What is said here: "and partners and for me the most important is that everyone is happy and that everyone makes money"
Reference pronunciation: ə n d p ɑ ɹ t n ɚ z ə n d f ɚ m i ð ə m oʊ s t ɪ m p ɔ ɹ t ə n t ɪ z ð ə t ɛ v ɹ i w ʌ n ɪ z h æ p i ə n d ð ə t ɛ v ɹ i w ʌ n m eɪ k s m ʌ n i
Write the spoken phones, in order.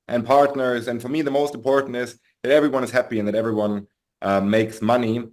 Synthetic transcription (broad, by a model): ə n p ɑ ɹ t n ɚ z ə n f ɚ m i ð ə m oʊ s t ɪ m p ɔ ɹ t n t ɪ z ð ə t ɛ v ɹ i w ʌ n ɪ z h æ p i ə n ð ə t ɛ v ɹ i w ʌ n m eɪ k s m ʌ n i